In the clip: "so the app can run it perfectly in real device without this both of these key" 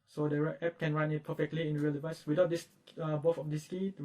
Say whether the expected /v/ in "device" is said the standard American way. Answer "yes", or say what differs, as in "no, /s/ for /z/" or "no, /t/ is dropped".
yes